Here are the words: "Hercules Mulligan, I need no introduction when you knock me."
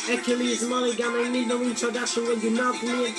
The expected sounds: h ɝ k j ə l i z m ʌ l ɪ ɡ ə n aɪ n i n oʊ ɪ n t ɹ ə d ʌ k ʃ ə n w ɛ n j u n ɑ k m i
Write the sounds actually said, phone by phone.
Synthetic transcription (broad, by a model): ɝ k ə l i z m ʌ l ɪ ɡ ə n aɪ n i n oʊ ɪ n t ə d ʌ ʃ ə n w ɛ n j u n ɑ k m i